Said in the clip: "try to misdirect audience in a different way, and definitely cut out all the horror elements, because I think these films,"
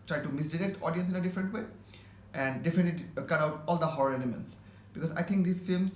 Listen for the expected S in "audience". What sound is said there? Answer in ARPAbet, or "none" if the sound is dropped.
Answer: S